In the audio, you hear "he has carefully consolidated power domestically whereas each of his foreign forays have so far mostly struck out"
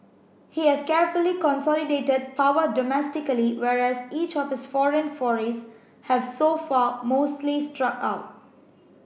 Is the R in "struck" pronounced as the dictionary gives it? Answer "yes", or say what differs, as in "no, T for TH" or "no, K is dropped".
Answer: yes